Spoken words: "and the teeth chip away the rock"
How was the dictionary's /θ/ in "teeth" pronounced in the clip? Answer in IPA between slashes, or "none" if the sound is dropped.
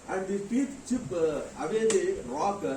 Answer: /t/